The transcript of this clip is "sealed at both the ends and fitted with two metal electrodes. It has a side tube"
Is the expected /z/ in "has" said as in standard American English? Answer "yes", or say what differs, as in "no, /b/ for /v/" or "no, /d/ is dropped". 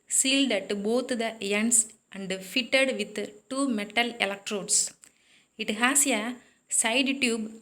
no, /s/ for /z/